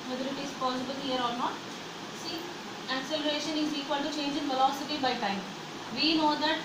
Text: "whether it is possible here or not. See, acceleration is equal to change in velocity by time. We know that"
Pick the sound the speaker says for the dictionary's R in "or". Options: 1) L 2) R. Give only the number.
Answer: 1